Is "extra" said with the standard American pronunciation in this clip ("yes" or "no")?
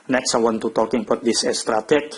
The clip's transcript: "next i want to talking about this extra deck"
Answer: no